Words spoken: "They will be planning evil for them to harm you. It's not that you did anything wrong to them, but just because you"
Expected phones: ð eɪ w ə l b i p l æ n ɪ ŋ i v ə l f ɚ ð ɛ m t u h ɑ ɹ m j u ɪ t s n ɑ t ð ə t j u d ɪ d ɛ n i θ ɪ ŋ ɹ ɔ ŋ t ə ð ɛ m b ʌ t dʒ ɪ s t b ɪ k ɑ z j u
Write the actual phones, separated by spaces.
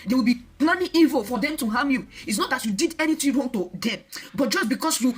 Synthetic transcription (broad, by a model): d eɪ w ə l b i p l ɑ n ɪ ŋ i v ə l f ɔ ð ɛ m t u h ɑ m j u ɪ t s n ɑ t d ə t j u d ɪ d ɛ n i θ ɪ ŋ ɹ ɔ ŋ t ə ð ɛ m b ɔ t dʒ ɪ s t b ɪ k ɑ s j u